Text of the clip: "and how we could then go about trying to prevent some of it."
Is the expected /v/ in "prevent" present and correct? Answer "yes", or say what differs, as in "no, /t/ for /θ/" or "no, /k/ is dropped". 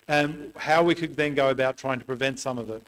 yes